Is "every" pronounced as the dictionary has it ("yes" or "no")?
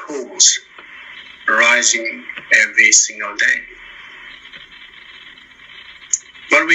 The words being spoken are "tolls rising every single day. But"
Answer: no